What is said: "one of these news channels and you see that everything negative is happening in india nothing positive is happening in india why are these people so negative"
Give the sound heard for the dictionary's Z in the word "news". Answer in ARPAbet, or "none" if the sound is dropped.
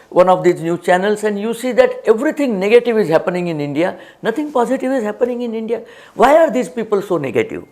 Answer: none